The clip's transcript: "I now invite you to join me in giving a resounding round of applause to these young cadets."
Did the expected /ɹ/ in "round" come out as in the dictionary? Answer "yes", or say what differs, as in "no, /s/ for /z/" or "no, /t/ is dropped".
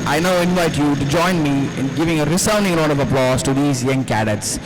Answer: no, /l/ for /ɹ/